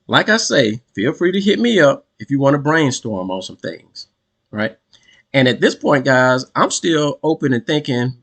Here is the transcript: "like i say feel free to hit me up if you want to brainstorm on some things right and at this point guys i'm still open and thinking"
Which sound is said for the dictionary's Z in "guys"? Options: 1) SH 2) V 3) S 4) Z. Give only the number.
4